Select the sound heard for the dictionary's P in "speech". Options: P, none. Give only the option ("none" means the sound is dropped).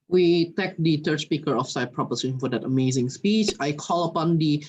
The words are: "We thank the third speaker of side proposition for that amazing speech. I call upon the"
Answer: P